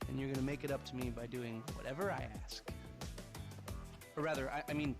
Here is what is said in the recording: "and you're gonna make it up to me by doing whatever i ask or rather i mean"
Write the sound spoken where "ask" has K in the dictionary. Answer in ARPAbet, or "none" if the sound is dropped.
K